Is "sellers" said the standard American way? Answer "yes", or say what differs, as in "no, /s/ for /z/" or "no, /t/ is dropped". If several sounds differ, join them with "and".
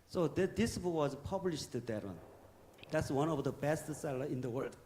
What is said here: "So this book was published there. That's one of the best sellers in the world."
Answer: no, /z/ is dropped